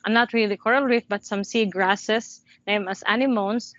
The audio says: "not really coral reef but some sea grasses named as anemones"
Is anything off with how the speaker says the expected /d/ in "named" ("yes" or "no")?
yes